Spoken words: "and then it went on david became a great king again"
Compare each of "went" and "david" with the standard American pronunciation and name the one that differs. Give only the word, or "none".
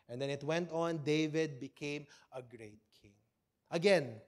none